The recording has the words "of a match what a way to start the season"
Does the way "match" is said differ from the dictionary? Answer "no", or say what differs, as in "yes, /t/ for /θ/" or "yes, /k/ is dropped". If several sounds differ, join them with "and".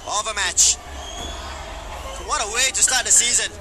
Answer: no